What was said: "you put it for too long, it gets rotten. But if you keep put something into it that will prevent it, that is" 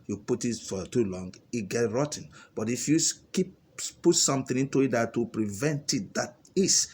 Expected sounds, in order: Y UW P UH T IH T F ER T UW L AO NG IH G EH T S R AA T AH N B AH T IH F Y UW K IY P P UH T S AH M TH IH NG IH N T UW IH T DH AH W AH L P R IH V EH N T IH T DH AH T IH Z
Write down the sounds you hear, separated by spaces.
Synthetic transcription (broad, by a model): Y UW P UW T IH T F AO T UW L AO NG IH G EH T R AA T N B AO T IH F Y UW K IY P P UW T S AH M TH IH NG IH N T UW IH T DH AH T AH P R IH V EH N T IH T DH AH T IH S